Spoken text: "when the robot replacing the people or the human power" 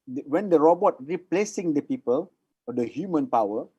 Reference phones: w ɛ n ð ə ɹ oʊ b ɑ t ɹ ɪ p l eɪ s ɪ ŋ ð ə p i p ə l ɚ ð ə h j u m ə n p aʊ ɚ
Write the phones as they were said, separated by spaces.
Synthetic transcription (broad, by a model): w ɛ n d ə ɹ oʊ b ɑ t ɹ ɪ p l eɪ s ɪ ŋ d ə p i p ə l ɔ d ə h j u m ə n p aʊ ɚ